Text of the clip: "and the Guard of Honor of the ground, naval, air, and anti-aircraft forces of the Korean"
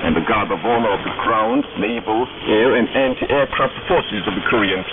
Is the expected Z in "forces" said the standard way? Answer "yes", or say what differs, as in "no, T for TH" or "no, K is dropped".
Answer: yes